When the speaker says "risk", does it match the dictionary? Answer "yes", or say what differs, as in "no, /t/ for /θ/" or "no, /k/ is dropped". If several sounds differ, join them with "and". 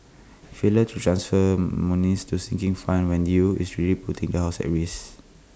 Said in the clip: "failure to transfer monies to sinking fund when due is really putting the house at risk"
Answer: no, /k/ is dropped